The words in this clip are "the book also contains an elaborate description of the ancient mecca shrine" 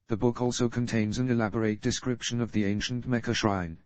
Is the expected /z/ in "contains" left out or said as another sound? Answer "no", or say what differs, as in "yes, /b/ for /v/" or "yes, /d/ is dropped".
no